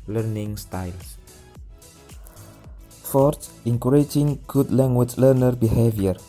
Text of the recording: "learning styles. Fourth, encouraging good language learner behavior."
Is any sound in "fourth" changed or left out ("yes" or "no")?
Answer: yes